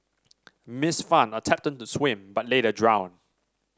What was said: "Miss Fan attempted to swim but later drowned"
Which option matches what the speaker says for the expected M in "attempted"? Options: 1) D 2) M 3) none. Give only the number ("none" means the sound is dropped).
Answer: 3